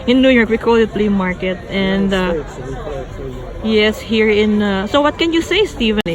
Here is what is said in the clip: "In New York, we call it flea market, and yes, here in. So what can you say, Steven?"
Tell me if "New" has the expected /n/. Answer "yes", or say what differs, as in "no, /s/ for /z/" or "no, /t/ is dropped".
yes